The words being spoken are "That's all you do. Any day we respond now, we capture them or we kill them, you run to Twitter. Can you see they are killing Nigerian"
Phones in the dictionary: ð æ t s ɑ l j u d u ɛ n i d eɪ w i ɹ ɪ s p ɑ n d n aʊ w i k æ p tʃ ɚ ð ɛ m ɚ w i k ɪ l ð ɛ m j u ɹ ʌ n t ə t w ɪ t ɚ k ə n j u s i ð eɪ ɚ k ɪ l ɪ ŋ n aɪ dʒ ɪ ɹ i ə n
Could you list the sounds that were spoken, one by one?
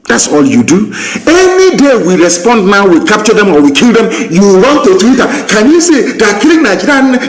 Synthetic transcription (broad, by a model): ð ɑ t s ɑ l j u d u ɛ n i d eɪ w i ɹ ɪ s p ɑ n d n aʊ w i k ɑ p tʃ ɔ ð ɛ m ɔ w i k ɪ l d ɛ m j u w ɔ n t ə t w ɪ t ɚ k ə n j u s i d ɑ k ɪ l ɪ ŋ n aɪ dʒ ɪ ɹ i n